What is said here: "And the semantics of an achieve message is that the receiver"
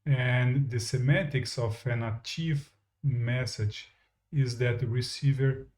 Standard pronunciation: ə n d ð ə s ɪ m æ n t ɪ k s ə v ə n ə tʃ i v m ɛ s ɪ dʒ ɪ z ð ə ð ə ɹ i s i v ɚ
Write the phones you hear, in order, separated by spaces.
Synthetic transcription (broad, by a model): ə n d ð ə s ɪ m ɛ t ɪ k s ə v ə n ə tʃ i v m ɛ s ɪ dʒ ɪ z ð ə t ɹ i s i v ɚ